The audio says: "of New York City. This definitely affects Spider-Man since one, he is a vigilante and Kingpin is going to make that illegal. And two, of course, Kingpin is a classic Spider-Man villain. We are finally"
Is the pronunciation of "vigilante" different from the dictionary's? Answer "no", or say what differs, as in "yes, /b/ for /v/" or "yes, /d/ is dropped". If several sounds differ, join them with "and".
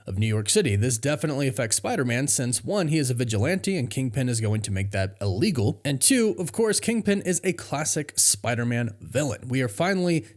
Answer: no